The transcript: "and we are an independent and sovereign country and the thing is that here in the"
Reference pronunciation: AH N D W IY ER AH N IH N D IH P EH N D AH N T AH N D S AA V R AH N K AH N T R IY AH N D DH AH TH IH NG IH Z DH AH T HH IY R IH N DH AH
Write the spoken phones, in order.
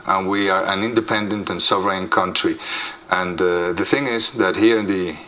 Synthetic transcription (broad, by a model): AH N W IY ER AH N IH N D IH P EH N D AH N T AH N S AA V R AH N K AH N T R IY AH N DH AH TH IH NG IH Z DH AH T HH IY R IH N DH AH